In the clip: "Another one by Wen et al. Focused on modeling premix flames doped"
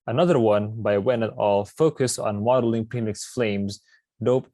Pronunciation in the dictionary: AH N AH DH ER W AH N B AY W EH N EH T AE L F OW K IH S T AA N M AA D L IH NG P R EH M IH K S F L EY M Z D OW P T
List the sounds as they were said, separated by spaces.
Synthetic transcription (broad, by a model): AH N AH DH ER W AH N B AY W EH N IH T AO L F OW K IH S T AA N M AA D L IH NG P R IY M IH K S F L EY M Z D OW P